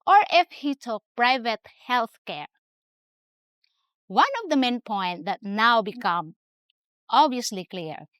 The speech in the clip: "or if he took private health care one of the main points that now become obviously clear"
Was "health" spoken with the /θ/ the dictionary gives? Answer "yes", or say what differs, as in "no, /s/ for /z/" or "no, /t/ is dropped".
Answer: yes